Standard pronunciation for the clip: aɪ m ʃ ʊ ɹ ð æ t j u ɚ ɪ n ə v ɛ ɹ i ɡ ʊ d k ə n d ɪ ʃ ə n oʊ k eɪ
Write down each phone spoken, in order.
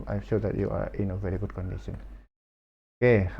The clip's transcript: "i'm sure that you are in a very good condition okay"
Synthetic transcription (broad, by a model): aɪ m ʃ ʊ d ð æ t j u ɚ ɪ n ə v ɛ ɹ i ɡ ʊ d k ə n d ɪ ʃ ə n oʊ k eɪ